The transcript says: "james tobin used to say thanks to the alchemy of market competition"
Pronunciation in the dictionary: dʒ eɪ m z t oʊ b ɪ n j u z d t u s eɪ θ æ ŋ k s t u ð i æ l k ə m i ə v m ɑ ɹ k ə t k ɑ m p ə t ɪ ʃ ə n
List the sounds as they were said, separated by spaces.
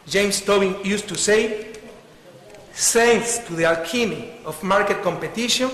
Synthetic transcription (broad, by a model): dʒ eɪ m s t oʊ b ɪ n j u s t u s eɪ s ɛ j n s t u ð i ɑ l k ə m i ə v m ɑ ɹ k ə t k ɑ m p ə t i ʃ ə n